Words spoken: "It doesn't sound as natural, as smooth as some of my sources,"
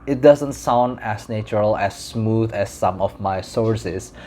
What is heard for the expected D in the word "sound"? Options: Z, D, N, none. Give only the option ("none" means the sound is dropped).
D